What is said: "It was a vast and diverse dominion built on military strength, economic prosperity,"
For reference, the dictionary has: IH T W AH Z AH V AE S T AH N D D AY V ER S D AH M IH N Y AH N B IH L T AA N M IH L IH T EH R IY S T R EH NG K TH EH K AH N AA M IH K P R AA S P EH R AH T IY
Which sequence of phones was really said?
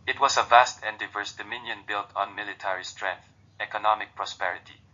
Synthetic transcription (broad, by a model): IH T W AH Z AH V AE S T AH N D D AY V ER S D AH M IH N Y AH N B IH L T AA N M IH L IH T EH R IY S T R EH NG K TH EH K AH N AA M IH K P R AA S P EH R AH T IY